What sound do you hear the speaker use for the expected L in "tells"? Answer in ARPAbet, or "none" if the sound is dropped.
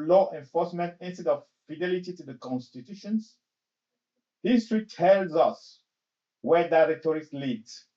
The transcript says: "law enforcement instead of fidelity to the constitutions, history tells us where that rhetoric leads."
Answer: L